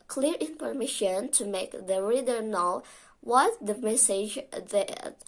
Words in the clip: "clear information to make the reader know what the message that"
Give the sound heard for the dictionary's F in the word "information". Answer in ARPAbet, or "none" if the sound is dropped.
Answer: P